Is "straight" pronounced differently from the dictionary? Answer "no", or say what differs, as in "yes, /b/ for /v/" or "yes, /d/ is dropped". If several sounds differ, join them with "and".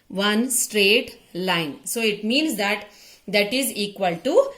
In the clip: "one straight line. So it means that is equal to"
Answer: no